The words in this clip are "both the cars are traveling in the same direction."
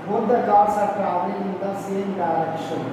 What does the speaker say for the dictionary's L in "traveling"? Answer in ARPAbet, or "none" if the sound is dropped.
none